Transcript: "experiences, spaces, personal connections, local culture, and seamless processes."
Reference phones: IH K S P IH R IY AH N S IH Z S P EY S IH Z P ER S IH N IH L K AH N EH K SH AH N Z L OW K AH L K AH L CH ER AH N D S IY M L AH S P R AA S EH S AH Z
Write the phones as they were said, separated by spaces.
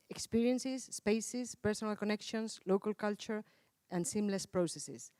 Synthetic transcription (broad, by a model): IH K S P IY R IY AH N S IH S P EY S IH S P ER S IH N IH L K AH N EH K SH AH N S L OW K AH L K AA L CH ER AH N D S IY M L AH S P R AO S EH S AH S